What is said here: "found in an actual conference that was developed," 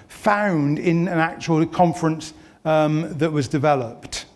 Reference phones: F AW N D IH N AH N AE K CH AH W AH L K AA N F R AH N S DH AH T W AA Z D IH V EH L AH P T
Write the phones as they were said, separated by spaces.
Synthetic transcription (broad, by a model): F AW N D IH N AH N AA K CH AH W AH L K AA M F R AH N S DH AH T W AA Z D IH V EH L AH P T